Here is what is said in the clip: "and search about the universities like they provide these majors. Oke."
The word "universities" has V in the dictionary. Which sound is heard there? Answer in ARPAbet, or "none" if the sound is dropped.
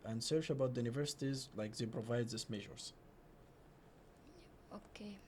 V